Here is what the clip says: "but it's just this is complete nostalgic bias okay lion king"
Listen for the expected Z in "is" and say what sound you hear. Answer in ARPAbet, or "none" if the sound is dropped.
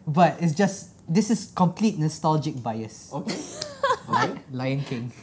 S